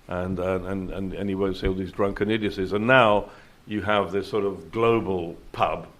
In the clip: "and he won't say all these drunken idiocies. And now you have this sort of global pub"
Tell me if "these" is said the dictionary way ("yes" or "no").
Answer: yes